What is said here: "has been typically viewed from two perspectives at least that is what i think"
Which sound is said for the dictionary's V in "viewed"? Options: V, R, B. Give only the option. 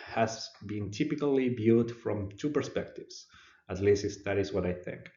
B